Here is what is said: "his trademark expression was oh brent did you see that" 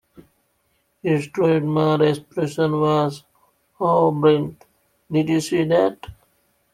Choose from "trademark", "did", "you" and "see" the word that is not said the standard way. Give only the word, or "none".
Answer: trademark